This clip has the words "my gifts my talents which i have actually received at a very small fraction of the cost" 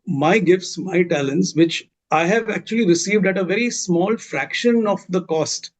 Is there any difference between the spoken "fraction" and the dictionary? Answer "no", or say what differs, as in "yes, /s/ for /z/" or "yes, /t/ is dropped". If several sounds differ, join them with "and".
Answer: no